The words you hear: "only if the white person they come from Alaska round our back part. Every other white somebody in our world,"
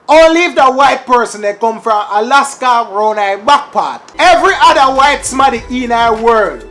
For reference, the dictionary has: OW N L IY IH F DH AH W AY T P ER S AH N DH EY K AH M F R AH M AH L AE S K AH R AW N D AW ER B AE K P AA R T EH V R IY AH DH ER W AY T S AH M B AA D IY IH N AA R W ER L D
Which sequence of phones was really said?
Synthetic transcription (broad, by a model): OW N L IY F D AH W AY T P ER S AH N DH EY K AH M F R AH M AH L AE S K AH R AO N AW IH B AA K P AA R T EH V R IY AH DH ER W AY T S M AA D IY IH N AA W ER L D